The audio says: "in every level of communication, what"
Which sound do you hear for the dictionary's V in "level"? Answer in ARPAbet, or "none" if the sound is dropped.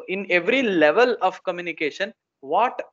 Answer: V